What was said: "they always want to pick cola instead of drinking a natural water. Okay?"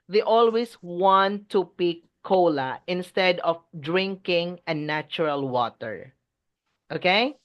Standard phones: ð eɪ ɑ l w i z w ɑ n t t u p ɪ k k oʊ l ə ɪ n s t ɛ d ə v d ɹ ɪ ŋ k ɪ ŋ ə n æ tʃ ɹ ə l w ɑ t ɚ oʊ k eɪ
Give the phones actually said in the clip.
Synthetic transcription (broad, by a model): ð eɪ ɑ l w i s w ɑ n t t u p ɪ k k oʊ l ə ɪ n s t ɛ d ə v d ɹ ɪ ŋ k ɪ ŋ ə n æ tʃ ɹ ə l w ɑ t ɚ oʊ k eɪ